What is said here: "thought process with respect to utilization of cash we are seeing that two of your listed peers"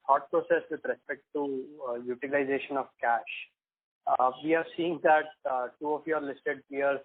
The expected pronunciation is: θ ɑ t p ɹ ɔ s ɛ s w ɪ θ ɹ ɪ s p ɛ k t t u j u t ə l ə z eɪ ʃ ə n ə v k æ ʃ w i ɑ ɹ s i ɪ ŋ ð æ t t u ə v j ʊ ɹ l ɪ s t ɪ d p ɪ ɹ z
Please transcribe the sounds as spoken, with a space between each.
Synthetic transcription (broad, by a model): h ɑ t p ɹ ɔ s ɛ s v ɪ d ɹ ɪ s p ɛ k t t u j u t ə l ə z eɪ ʃ ə n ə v k æ ʃ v i ɑ ɹ s i ɪ ŋ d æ t t u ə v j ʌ ɹ l ɪ s t ɪ d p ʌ ɹ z